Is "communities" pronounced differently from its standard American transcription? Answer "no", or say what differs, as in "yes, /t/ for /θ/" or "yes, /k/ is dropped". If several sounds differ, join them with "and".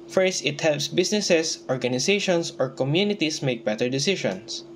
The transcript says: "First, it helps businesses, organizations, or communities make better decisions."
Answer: yes, /s/ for /z/